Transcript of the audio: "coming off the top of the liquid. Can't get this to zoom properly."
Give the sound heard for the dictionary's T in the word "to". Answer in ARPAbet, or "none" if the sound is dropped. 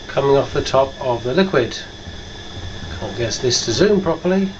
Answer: T